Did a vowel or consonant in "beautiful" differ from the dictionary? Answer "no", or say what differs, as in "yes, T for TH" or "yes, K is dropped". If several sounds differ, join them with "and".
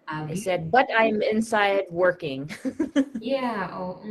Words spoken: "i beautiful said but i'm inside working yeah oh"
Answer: yes, F is dropped